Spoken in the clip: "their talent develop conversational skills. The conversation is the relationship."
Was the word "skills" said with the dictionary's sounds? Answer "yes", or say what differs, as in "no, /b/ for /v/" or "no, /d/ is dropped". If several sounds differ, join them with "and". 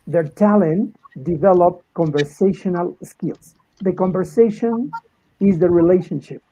no, /s/ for /z/